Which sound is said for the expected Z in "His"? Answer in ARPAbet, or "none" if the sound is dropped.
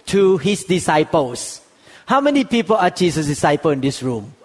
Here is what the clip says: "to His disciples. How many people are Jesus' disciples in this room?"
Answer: S